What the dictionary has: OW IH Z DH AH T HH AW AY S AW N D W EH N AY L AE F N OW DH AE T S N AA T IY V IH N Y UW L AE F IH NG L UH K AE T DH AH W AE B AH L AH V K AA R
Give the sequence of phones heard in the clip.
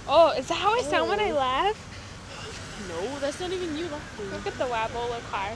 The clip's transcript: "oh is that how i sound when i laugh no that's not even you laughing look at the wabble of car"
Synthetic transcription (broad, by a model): OW IH Z DH AH T HH AW AY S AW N W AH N AY L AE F N OW DH AE T S N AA T IY V IH N Y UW L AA IH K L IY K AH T DH AH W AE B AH L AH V K AA R